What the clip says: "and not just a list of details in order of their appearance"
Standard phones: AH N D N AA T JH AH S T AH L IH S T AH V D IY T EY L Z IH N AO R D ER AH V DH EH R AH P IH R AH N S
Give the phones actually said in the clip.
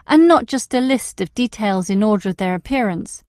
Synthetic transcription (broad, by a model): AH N N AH T JH AH S T AH L IH S T AH V D IY T EY L Z IH N AO R D ER AH V DH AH R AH P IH R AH N S